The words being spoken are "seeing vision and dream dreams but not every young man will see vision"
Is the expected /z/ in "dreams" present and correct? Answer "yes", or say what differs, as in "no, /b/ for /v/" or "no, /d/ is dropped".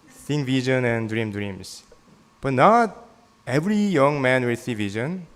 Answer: no, /s/ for /z/